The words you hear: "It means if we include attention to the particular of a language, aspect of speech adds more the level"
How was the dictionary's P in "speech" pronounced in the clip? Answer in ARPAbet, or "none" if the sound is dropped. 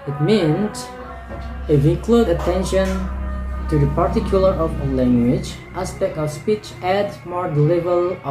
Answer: P